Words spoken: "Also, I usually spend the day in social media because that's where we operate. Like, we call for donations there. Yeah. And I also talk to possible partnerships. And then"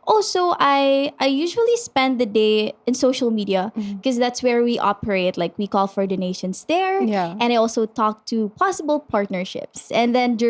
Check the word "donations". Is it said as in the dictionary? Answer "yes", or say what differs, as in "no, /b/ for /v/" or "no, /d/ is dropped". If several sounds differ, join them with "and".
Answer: no, /s/ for /z/